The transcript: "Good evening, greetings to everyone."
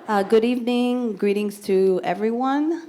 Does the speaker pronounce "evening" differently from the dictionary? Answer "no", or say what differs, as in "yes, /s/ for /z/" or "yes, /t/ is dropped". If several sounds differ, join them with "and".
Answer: no